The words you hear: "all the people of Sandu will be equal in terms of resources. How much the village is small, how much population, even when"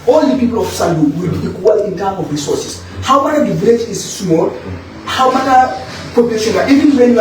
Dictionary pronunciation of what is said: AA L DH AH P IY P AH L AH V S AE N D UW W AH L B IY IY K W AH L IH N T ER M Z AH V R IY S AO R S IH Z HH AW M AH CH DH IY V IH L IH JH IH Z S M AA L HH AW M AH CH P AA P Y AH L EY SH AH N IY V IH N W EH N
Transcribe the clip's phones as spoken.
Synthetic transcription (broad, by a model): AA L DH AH P IY P L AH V S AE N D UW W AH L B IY IY K W AH L IH N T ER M AH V R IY S AO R S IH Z HH AW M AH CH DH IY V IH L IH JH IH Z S M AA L HH AW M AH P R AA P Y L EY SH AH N IY V IH N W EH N